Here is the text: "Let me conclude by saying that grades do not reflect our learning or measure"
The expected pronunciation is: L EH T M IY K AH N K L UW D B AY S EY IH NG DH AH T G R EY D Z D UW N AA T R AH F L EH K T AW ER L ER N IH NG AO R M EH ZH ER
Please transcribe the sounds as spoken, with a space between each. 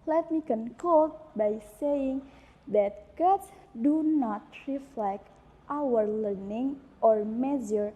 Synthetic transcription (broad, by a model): L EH T M IY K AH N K UW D B AY S EY IH NG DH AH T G EY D S D UW N AA T R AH F L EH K T AW ER L ER N IH NG AO R M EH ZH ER